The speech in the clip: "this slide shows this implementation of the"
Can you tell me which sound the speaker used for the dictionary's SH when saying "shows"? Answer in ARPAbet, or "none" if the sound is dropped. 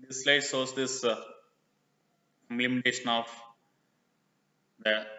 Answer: S